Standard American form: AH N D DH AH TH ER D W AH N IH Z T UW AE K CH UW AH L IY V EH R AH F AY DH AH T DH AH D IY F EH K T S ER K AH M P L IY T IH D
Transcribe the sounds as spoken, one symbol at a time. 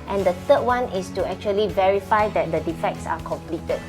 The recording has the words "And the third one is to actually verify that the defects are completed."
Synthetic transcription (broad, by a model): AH N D AH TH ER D W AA N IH S T UW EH K CH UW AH L IY V EH R AH F AY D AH T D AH D IY F EH K T S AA K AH M P L IY T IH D